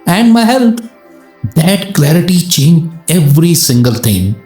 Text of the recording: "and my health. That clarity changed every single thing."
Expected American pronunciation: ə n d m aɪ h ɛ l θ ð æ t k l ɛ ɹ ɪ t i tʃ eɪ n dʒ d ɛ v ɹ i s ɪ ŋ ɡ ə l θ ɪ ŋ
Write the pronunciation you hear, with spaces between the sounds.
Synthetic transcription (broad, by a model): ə n d m aɪ h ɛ l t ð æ t k l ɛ ɹ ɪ t i tʃ eɪ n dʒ ɛ v ɹ i s ɪ ŋ ɡ ə l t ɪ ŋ